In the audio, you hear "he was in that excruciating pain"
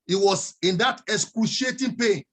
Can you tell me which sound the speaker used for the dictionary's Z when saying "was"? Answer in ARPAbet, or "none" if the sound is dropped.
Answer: S